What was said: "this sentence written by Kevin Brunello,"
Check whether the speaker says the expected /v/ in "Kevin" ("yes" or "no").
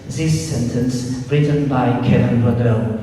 no